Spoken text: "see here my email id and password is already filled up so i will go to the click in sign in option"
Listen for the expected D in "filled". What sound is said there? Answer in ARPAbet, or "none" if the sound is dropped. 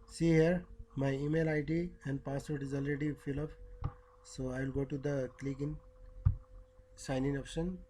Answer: none